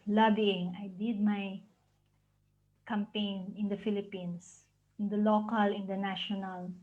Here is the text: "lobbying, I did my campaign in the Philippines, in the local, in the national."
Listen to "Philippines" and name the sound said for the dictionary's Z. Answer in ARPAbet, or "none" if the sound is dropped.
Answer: S